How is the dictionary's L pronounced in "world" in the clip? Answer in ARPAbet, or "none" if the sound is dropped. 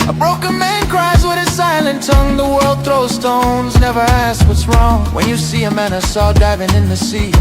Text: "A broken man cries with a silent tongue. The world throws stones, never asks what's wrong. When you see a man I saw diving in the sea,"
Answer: L